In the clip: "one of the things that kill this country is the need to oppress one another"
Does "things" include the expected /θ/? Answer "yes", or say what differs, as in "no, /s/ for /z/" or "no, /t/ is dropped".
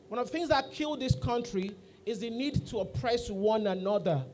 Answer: yes